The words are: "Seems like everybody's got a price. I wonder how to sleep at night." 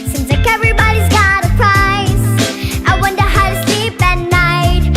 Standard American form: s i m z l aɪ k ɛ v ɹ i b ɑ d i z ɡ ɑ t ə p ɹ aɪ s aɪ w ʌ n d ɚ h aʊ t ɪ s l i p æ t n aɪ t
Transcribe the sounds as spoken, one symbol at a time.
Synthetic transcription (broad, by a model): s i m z l aɪ k ɛ v ɹ i b ɑ d i z ɡ ɑ t ə p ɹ aɪ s aɪ w ʌ n d ɚ h aʊ t ɪ s l i p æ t n aɪ t